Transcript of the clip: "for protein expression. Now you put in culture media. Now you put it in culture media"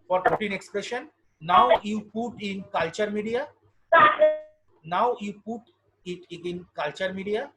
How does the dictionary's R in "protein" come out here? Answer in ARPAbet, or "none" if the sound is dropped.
none